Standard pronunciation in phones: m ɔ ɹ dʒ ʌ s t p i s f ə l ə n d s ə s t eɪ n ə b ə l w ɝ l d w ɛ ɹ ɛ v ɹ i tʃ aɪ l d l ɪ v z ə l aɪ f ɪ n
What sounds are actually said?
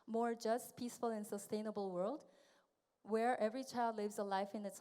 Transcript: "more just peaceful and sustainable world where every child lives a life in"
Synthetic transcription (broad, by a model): m ɔ ɹ dʒ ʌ s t p i s f ə l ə n s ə s t eɪ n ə b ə l w ɝ l d w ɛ ɹ ɛ v ɹ i tʃ aɪ l d l ɪ v z ə l aɪ f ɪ n